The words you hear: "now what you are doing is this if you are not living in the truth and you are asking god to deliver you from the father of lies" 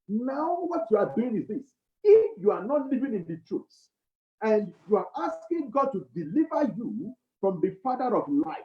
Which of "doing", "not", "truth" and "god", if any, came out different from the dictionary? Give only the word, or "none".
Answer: truth